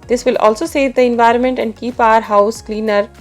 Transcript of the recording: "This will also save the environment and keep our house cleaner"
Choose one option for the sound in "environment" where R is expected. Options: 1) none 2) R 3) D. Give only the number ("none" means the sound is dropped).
2